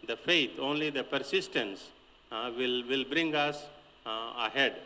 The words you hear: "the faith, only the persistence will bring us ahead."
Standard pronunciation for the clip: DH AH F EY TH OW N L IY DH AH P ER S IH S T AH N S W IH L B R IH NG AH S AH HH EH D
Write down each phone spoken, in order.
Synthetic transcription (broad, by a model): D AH F EY T OW N L IY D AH P ER S IH S T AH N S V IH L B R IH NG AH S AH HH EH D